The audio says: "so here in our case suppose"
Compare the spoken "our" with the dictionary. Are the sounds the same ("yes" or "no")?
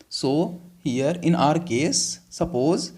yes